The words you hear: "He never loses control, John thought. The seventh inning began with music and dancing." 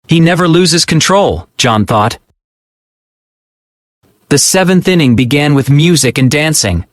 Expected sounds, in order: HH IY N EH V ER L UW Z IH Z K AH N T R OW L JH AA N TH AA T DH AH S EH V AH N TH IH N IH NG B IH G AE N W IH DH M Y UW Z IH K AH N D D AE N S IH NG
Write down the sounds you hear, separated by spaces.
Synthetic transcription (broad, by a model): HH IY N EH V ER L UW Z IH Z K AH N T R OW L JH AA N TH AA T DH AH S EH V AH N TH IH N IH NG B IH G AE N W IH DH M Y UW Z IH K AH N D D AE N S IH NG